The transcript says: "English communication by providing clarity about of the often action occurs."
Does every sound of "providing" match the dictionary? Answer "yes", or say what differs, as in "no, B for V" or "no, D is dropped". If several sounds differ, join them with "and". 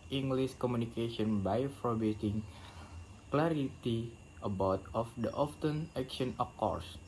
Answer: no, B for V